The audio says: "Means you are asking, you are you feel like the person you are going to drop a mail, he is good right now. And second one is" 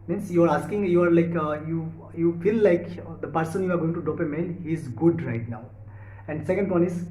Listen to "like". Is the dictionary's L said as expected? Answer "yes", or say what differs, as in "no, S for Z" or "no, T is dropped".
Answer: yes